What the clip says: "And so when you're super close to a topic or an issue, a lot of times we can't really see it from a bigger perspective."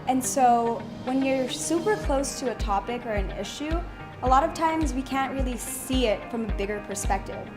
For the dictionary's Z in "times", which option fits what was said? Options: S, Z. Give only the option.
Z